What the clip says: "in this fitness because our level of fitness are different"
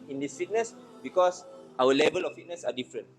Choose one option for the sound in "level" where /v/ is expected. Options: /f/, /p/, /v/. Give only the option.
/v/